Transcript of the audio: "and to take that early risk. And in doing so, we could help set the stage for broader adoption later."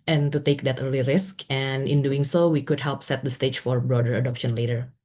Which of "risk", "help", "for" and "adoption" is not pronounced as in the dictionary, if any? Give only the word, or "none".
none